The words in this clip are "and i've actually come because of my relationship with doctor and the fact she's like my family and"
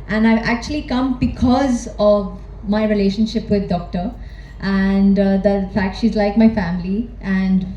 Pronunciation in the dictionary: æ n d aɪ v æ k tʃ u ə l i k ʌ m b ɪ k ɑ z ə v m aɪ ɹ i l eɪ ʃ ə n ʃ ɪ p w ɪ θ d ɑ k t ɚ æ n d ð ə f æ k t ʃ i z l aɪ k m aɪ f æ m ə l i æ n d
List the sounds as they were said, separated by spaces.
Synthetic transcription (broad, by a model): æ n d aɪ v æ k tʃ u ə l i k ʌ m b ɪ k ɑ z ə v m aɪ ɹ i l eɪ ʃ ə n ʃ ɪ p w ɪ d d ɑ k t ɚ æ n d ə f æ k t ʃ i z l aɪ k m aɪ f æ m ə l i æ n d